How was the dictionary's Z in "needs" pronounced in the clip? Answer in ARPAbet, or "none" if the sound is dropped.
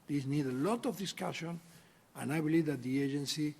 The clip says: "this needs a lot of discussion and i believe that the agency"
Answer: none